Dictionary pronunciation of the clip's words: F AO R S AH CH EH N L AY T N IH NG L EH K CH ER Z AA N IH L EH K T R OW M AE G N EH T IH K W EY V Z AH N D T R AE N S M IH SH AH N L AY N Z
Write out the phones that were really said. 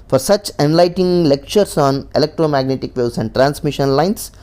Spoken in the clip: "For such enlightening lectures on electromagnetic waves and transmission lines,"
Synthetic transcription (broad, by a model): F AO R S AH CH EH N L AY T IH NG L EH K CH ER S AA N IH L EH K T R OW M AE G N EH T IH K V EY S AH N D T R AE N S M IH SH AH N L AY N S